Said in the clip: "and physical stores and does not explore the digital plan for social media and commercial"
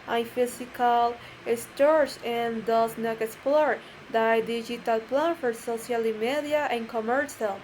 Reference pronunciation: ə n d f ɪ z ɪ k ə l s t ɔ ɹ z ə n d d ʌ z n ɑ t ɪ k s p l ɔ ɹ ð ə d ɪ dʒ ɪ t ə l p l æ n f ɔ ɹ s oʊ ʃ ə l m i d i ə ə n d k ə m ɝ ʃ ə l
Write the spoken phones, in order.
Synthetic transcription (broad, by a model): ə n f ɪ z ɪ k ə l s t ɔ ɹ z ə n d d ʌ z n ɑ t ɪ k s p l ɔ ɹ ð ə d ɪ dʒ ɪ t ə l p l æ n f ɔ ɹ s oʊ s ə l m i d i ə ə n k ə m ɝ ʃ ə l